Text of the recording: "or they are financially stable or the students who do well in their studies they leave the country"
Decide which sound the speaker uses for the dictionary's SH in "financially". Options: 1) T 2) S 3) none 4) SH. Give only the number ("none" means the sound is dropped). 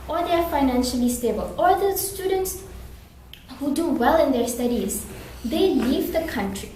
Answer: 4